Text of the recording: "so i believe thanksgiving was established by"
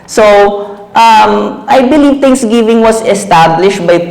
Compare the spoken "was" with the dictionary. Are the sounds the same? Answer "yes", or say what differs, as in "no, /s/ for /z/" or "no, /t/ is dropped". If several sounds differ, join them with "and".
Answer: no, /s/ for /z/